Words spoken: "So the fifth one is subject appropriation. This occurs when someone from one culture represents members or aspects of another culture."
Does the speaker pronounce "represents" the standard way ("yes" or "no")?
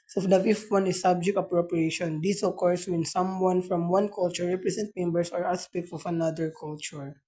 no